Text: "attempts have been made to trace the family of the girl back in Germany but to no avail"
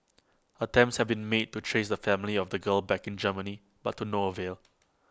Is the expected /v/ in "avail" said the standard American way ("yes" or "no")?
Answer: yes